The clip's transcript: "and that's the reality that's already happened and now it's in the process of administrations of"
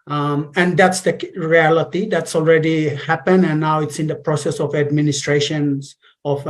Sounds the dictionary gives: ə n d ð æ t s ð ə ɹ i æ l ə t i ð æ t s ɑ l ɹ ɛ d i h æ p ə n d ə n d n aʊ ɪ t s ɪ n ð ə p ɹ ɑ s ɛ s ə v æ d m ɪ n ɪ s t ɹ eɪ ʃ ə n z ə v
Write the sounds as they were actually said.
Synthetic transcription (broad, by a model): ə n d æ t s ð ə ɹ i æ l ə t i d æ t s ɑ l ɹ ɛ d i h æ p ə n ə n n aʊ ɪ t s ɪ n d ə p ɹ ɑ s ɛ s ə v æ d m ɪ n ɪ s t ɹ eɪ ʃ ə n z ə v